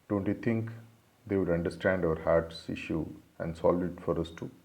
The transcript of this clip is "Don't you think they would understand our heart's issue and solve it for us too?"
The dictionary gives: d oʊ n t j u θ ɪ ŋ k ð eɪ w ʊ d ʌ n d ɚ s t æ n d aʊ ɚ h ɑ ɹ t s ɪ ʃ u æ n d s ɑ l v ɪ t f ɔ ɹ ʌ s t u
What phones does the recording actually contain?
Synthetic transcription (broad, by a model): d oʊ n t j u t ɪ ŋ k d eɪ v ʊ d ʌ n d ɚ s t æ n d aʊ ɚ h ɑ ɹ t s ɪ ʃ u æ n d s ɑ l ɪ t f ɔ ɹ ʌ s t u